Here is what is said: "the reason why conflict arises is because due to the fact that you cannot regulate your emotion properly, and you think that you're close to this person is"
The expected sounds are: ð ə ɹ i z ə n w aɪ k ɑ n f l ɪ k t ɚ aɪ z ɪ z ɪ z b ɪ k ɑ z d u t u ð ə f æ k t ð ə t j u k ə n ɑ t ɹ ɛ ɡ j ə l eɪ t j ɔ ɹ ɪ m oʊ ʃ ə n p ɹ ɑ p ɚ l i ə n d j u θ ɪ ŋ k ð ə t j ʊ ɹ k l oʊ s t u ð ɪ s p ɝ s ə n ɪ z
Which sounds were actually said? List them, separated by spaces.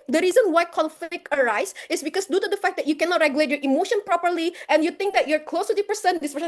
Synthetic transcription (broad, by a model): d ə ɹ i z ə n w aɪ k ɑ l f ɪ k ɚ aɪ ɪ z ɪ s b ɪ k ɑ s d u t u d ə f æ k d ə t j u k ə n ɑ t ɹ ɛ ɡ j ə l eɪ t j ɔ ɹ ɪ m oʊ ʃ ə n p ɹ ɑ p ɚ l i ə n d j u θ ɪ ŋ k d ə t j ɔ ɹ k l oʊ s t u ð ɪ p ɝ s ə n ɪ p